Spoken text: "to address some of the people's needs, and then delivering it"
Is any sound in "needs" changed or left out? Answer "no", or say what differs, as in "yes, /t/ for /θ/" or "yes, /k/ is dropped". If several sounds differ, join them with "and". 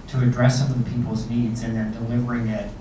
no